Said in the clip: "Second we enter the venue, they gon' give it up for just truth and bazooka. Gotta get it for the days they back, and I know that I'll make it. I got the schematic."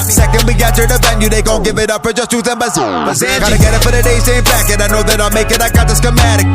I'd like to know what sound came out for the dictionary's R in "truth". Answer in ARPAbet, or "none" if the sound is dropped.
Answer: none